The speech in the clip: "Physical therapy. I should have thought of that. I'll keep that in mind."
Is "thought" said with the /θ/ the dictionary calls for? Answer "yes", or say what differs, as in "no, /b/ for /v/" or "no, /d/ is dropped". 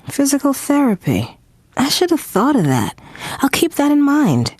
yes